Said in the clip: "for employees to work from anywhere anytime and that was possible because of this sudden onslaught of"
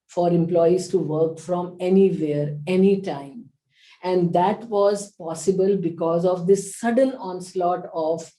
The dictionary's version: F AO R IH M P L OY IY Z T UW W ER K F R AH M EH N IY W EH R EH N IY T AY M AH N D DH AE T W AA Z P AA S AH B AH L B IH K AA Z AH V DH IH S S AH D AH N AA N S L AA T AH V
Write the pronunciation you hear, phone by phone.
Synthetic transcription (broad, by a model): F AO R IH M P L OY IY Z T UW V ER K F R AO M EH N IY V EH R EH N IY T AY M AH N D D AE T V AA Z P AA S AH B AH L B IH K AA Z AH V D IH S S AH D AH N AA N S L AA T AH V